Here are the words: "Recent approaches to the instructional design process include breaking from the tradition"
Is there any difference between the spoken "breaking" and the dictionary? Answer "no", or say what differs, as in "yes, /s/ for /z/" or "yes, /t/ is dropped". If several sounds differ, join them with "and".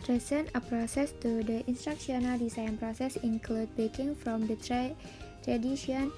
yes, /ɹ/ is dropped